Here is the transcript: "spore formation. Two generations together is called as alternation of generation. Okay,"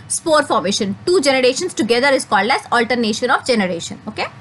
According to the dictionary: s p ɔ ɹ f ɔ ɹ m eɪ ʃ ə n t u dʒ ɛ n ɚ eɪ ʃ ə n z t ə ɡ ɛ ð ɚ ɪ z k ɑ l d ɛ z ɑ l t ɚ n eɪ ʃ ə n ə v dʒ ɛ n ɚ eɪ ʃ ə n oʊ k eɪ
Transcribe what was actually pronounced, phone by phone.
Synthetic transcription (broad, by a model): s p ɔ ɹ f ɔ ɹ m eɪ ʃ ə n t u dʒ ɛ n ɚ eɪ ʃ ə n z t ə ɡ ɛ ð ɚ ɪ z k ɑ l d ɛ z ɑ l t ɚ n eɪ ʃ ə n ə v dʒ ɛ n ɚ eɪ ʃ ə n oʊ k eɪ